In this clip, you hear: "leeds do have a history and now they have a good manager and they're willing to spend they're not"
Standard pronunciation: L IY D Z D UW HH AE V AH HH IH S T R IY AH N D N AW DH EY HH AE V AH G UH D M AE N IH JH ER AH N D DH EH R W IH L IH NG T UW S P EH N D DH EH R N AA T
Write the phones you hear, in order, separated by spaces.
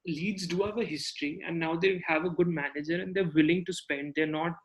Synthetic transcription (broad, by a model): L IY D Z D UW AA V AH HH IH S T R IY AH N D N AW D EY HH AE V AH G UH D M AE N IH JH ER AH N D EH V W IH L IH NG T UW S P EH N D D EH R N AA T